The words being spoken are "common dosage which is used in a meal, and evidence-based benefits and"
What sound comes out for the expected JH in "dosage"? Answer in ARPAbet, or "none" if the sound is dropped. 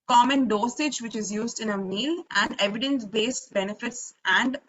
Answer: JH